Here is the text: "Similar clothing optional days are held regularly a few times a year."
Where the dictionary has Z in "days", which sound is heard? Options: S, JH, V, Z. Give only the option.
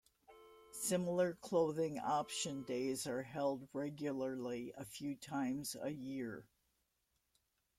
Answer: Z